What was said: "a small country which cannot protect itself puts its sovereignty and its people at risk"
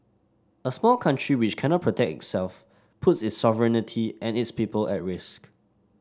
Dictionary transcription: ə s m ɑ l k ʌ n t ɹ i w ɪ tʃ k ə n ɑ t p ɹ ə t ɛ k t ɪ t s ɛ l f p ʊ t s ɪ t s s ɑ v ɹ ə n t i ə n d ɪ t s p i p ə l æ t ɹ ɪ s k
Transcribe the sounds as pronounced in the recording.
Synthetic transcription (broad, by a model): ə s m ɑ l k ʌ n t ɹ i w ɪ tʃ k ə n ɑ t p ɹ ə t ɛ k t ɪ t s ɛ l f p ʊ t s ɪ t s s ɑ v ɹ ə n t i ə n ɪ t s p i p ə l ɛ t ɹ ɪ s k